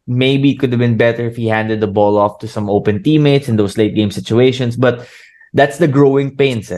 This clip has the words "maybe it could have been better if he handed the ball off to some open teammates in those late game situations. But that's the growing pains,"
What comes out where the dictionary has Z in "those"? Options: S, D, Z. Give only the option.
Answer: S